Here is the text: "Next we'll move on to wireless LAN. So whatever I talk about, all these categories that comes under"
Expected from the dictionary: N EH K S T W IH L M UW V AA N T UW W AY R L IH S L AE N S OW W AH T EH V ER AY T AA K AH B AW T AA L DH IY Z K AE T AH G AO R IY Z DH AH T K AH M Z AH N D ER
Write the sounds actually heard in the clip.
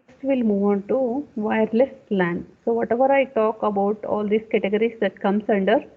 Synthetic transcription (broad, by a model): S T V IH L M UW V AA N T UW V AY R L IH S L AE N S OW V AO T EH V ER AY T AA K AH B AW T AA L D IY S K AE T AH G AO R IY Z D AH T K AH M S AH N D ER